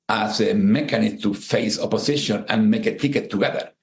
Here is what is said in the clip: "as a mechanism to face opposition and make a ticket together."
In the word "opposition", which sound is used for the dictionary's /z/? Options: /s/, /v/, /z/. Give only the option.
/s/